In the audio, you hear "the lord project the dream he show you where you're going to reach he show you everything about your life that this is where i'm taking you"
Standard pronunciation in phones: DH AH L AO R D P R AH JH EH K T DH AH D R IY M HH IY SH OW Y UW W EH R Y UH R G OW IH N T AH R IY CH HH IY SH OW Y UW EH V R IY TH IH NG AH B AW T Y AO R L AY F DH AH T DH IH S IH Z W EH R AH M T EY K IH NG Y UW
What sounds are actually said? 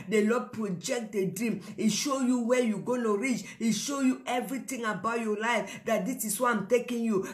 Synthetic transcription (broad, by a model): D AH L AO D P R AH JH EH K T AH D R IY M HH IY SH OW Y UW W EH Y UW G OW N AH R IY CH HH IY SH OW Y UW EH V R IY T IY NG AH B AW T Y AO L AY F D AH T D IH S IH S W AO AH M T EY K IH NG Y UW